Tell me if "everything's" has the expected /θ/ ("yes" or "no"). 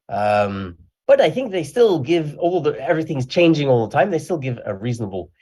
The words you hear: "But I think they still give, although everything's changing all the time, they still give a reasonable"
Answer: yes